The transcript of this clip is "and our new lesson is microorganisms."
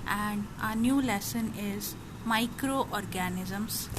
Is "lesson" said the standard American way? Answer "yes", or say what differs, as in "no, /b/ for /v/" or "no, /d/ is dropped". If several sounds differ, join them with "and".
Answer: yes